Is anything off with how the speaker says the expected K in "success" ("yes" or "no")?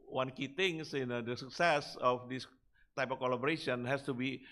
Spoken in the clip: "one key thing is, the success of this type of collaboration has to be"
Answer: no